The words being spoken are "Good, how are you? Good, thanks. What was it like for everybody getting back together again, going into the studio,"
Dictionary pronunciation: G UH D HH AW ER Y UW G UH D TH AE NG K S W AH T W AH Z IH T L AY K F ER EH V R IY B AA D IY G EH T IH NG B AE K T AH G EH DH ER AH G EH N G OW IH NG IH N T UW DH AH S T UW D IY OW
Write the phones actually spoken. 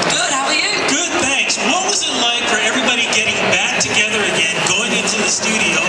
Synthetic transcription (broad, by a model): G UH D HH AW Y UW G UH D TH AE NG K S W AH T W AH Z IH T L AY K F ER EH V R IY B AA D IY G EH T IH NG B AE K T AH G EH DH ER AH G EH N G OW IH NG IH N T UW DH AH S T UW D IY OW